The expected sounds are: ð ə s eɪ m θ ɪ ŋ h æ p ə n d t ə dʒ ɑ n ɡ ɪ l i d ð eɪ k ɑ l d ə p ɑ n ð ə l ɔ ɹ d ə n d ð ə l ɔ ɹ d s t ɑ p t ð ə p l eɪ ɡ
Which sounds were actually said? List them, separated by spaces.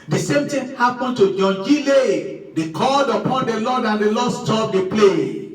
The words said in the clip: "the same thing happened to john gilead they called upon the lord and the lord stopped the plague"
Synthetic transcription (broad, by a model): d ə s eɪ m t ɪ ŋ h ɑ p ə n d t ə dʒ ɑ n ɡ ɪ l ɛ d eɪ k ɑ l d ə p ɑ n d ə l ɔ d ə n d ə l ɔ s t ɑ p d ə p l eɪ